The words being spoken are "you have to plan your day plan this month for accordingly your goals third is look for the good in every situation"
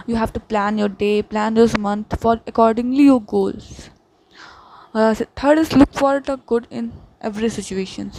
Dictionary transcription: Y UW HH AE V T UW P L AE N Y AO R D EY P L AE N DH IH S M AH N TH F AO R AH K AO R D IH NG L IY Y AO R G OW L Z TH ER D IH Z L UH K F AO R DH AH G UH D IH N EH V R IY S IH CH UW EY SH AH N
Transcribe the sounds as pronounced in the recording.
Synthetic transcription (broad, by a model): Y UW HH AE V T UW P L AE N Y AO R D EY P L AE N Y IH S M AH N T F AO R AH K AO R D IH NG L IY Y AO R G OW L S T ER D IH S L UH K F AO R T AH G UH D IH N EH V R IY S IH CH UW EY SH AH N